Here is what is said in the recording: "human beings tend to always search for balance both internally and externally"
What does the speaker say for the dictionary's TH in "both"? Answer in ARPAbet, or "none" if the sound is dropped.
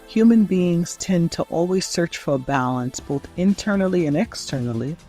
TH